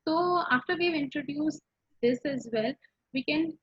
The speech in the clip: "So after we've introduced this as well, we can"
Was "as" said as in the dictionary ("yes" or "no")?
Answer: yes